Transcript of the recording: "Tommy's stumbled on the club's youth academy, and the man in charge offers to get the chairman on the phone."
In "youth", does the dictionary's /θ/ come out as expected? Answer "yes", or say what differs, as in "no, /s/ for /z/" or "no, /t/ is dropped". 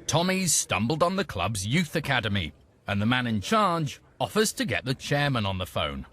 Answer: yes